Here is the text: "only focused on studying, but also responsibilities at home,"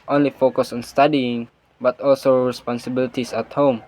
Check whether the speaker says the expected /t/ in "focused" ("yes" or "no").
no